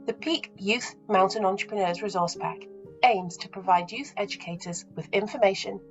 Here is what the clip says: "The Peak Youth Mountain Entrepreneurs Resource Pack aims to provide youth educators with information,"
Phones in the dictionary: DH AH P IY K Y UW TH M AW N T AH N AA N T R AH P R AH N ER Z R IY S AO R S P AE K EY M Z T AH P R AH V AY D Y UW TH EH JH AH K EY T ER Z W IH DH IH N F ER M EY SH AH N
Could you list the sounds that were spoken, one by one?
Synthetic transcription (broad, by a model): DH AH P IY K Y UW TH M AW N T AH N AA N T R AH P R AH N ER Z R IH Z AO S P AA K EY M Z T AH P R AH V AY D Y UW TH EH JH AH K EY T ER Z W IH DH IH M F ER M EY SH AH N